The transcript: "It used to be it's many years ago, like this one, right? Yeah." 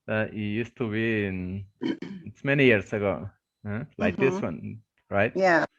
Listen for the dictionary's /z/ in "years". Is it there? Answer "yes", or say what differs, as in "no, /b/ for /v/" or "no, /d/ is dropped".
no, /s/ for /z/